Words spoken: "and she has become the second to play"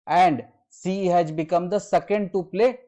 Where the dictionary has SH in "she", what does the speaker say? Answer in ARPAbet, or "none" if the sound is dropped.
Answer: S